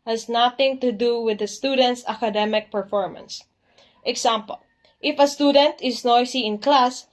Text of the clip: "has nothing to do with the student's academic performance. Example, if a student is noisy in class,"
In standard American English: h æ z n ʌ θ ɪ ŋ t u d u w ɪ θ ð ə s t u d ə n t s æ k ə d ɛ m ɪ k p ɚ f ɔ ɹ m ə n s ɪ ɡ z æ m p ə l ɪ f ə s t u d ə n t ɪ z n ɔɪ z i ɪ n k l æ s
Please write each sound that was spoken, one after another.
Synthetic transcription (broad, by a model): h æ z n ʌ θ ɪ ŋ t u d u w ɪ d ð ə s t u d ə n t s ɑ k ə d ɛ m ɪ k p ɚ f ɔ ɹ m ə n s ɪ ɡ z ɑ m p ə l ɪ f ə s t u d ə n t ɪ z n ɔɪ s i ɪ n k l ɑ s